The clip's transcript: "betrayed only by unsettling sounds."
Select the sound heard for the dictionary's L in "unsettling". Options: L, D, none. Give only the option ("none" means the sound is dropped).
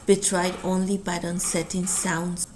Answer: none